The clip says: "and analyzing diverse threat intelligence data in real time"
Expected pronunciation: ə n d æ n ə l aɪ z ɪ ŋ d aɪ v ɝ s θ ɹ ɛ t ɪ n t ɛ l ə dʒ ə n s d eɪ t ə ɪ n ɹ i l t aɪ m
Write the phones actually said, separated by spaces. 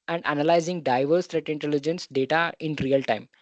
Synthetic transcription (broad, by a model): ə n d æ n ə l aɪ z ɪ ŋ d aɪ v ɝ s t ɹ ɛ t ɪ n t ɛ l ə dʒ ə n s d eɪ t ə ɪ n ɹ i l t aɪ m